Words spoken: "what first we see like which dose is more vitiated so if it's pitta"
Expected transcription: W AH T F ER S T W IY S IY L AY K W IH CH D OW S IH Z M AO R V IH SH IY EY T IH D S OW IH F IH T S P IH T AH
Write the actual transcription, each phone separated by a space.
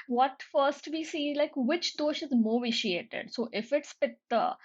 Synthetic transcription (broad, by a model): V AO T F ER S T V IY S IY L AY K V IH CH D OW SH IH Z M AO V IH SH IY EY T IH D S OW IH F IH T S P IH T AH